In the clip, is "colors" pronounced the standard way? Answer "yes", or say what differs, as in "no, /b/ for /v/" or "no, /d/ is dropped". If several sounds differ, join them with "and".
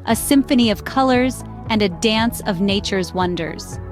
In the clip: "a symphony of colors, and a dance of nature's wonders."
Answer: yes